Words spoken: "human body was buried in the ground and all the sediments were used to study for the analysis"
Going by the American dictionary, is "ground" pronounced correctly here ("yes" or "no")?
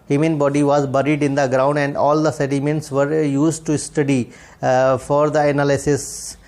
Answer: yes